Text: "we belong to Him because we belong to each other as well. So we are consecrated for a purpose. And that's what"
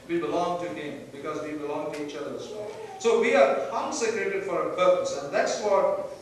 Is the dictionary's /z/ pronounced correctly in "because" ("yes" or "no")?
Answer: yes